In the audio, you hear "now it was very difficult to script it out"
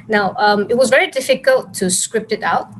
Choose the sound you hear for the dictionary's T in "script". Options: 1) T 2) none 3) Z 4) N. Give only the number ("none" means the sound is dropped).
1